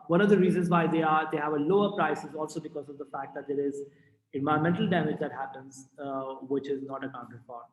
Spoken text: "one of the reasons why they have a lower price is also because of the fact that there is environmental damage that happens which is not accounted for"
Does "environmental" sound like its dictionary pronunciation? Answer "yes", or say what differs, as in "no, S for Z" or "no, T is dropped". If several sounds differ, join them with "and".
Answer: no, R is dropped